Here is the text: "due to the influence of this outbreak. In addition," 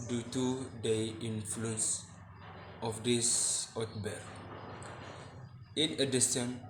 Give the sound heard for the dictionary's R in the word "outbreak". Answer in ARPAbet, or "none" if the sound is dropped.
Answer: none